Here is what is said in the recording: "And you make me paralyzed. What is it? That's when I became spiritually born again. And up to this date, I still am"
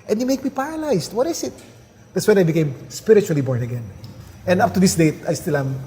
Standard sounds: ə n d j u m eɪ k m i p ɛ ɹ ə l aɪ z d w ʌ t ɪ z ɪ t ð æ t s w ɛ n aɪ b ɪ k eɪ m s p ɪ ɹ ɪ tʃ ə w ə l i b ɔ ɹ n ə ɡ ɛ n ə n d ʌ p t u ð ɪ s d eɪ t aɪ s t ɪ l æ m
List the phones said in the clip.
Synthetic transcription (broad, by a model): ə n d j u m eɪ k m i p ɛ ɹ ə l aɪ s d w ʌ t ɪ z ɪ t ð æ t s w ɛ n aɪ b ɪ k eɪ m s p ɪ ɹ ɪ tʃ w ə l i b ɔ ɹ n ə ɡ ɛ n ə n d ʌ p t u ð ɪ s d eɪ t aɪ s t ɪ l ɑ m